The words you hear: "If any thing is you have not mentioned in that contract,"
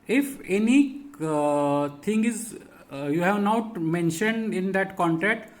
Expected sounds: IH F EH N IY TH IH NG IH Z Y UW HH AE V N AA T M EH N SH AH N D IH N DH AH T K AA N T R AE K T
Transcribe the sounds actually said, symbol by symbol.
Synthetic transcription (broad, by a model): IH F EH N IY T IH NG IH Z Y UW HH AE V N AA T M EH N SH AH N D IH N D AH T K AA N T R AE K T